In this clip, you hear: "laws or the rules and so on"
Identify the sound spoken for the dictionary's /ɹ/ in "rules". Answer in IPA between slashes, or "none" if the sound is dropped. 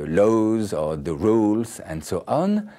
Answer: /ɹ/